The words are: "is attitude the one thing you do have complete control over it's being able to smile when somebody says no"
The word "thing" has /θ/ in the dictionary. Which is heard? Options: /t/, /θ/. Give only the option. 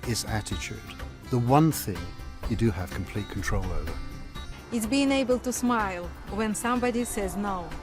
/θ/